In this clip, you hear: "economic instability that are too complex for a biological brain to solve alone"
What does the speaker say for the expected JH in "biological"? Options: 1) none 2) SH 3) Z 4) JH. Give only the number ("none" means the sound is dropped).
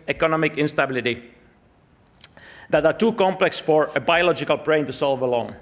4